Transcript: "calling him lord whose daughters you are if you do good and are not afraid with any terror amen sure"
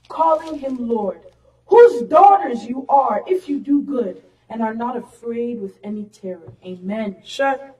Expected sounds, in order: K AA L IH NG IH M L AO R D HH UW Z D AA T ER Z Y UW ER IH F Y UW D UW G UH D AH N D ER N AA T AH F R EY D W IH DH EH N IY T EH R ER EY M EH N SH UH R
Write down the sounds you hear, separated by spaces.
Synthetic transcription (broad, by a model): K AA L IH NG IH M L AO R D HH UW Z D AA T ER Z Y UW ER IH F Y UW D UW G UH D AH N ER N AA T AH F R EY D W IH DH EH N IY T EH R ER EY M EH N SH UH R